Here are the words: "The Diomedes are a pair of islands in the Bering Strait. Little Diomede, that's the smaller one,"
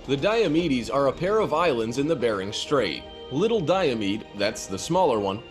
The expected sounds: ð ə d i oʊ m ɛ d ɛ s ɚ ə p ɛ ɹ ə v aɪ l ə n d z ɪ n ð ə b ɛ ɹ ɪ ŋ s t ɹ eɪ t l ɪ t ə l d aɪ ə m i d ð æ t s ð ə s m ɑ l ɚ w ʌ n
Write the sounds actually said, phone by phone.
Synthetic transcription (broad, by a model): ð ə d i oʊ m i d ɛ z ɚ ə p ɛ ɹ ə v aɪ l ə n d z ɪ n ð ə b ɛ ɹ ɪ ŋ s t ɹ eɪ t l ɪ t l d aɪ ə m i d ð æ t s ð ə s m ɑ l ɚ w ʌ n